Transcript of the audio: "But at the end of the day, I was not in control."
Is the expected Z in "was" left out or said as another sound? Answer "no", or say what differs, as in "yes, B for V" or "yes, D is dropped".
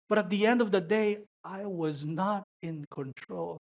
no